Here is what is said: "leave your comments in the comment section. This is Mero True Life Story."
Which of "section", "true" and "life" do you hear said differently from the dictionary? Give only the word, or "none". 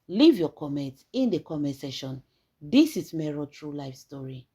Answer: section